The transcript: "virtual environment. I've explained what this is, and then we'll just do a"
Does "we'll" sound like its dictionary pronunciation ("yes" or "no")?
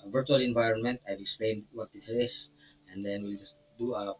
yes